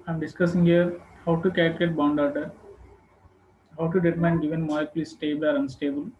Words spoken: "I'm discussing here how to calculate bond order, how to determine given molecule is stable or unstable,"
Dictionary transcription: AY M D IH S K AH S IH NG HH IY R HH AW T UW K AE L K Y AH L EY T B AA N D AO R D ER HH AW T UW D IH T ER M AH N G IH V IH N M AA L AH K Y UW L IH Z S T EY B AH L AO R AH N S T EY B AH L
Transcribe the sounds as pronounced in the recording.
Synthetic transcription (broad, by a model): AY M D IH S K AH S IH NG HH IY R HH AW T UW K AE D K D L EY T B AA N D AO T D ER HH AW T UW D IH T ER M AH N G IH V IH N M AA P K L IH S T EY B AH L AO R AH N S T EY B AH L